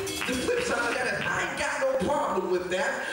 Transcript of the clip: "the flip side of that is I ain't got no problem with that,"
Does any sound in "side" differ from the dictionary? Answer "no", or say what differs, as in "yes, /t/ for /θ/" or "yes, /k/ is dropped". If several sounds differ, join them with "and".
yes, /d/ is dropped